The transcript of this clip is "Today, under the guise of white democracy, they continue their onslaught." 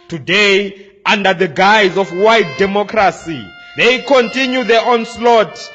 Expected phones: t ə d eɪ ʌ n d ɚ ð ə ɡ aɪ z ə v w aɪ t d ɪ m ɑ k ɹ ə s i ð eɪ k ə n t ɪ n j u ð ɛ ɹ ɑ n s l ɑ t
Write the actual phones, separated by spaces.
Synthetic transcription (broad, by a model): t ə d eɪ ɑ n d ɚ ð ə ɡ aɪ z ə f w aɪ t d ɪ m ɑ k ɹ ə s i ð eɪ k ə n t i n j u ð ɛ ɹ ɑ n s l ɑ t